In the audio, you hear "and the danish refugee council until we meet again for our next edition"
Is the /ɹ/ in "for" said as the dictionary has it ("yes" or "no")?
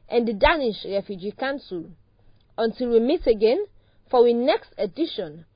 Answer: no